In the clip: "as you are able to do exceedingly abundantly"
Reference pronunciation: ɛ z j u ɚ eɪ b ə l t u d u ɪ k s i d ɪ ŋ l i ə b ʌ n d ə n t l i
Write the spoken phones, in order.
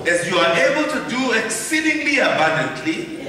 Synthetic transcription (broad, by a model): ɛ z j u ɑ eɪ b ə l t u d u ɪ k s i d ɪ ŋ l i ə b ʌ n d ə n t l i